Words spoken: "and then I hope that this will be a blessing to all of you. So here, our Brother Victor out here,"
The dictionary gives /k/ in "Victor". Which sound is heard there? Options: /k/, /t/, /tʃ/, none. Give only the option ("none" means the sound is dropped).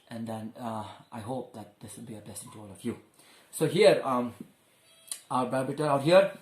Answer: none